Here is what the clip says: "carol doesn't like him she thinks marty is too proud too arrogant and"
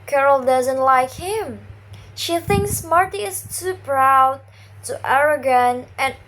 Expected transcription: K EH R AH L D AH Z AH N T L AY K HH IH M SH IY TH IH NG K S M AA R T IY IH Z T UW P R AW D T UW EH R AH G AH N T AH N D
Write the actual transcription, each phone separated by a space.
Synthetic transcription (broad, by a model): K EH R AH L D AH Z AH N T L AY K HH IH M SH IY TH IH NG K S M AA R T IY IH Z T UW P R AW D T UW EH R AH G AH N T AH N